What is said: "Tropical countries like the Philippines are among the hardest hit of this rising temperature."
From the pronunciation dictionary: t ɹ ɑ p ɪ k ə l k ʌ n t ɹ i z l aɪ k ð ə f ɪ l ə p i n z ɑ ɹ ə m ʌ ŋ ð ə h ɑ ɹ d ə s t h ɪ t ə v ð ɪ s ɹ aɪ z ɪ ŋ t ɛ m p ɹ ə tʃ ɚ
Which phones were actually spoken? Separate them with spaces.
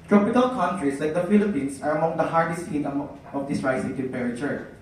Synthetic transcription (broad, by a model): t ɹ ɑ p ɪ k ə l k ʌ n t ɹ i s l aɪ k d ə f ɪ l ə p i n s ɑ ɹ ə m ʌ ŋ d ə h ɑ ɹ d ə s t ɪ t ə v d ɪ s ɹ aɪ s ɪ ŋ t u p ɹ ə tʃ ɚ